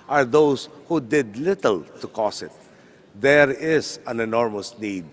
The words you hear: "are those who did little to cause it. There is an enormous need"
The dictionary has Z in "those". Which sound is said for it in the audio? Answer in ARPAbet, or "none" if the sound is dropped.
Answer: S